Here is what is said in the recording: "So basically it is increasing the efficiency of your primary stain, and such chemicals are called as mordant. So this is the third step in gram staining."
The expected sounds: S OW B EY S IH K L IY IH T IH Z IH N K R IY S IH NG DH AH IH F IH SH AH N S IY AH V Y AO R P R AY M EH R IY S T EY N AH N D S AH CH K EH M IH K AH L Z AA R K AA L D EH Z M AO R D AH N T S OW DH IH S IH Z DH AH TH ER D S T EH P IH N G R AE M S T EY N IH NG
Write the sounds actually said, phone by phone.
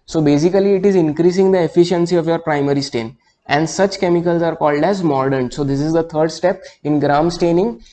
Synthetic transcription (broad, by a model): S OW B EY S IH K L IY IH T IH Z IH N K R IY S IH NG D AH IH F IH SH AH N S IY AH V Y AO R P R AY M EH R IY S T EY N AH N D S AH CH K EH M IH K AH L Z AA R K AA L D EH Z M AO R D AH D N S OW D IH S IH Z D AH T ER D S T EH P IH N G R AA M S T EY N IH NG